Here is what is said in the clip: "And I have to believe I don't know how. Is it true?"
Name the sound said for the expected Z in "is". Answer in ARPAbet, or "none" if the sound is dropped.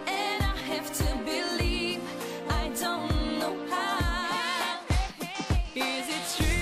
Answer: Z